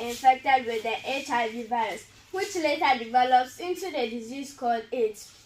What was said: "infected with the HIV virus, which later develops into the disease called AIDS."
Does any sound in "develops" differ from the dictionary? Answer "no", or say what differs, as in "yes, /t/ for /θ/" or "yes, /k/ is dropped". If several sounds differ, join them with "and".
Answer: no